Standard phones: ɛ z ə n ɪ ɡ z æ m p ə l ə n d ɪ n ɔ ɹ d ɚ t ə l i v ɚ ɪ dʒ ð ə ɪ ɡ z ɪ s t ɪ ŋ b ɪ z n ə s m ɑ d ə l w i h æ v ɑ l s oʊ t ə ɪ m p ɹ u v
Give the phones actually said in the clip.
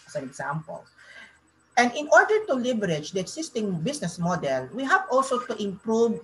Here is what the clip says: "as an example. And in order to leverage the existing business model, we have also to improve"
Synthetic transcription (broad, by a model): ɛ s ə n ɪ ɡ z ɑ m p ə l ə n d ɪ n ɔ ɹ d ɚ t ə l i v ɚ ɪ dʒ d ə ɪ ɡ s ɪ s t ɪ ŋ b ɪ s n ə s m ɑ d ə l w i h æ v ɑ l s oʊ t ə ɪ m p ɹ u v